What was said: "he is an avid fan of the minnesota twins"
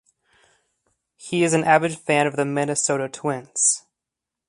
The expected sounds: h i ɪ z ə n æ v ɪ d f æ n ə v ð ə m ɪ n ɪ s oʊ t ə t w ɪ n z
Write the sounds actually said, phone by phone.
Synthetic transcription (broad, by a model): h i ɪ z ə n æ b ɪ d f æ n ə v ð ə m ɪ n ɪ s oʊ t ə t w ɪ n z